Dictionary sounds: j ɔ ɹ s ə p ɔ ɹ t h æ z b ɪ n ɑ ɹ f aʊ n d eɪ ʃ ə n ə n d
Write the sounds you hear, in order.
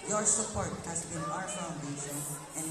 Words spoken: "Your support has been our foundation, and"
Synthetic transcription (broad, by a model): j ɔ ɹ s ə p ɔ ɹ t h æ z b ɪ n ɑ ɹ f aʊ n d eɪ s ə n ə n